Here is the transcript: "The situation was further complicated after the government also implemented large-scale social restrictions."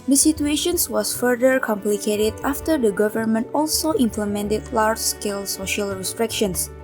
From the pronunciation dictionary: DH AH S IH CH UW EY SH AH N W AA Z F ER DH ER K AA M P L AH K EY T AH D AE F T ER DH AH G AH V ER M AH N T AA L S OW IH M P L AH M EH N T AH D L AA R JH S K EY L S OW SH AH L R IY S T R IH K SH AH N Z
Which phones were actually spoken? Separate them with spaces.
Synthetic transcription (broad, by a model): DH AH S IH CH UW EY SH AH N W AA S F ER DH ER K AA M P L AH K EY T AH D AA F T ER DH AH G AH V ER M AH N T AA L S OW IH M P L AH M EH N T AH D L AA R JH S K EY L S OW SH AH L R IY S T R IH K SH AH N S